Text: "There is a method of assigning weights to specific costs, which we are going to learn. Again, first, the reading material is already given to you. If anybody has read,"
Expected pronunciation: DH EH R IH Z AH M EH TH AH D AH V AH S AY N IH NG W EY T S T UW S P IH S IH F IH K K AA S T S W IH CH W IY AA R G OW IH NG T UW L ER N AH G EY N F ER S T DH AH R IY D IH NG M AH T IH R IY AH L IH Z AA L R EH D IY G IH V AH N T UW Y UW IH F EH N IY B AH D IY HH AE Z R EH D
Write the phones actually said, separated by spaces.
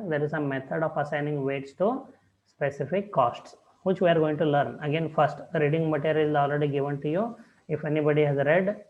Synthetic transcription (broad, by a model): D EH R IH Z AH M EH T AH D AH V AH S AY N IH NG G EY T S T UW S P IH S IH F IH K K AA S T S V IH CH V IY AA R G OW IH NG T UW L ER N AH G EY N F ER S T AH R IY D IH NG M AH T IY R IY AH L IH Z AA L R EH D IY G IH V AH N T UW Y UW IH F EH N IY B AH D IY HH AE Z R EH D